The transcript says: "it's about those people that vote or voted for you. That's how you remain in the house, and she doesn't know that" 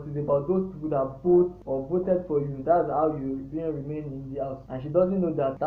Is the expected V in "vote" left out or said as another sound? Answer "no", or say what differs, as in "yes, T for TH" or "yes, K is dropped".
yes, B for V